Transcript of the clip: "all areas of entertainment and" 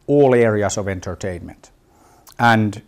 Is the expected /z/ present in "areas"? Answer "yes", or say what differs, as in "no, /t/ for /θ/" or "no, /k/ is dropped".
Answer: no, /s/ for /z/